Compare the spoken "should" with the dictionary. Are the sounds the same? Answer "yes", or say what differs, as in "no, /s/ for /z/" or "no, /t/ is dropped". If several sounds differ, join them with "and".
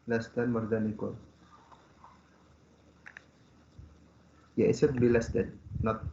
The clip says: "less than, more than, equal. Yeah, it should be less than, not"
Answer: no, /s/ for /ʃ/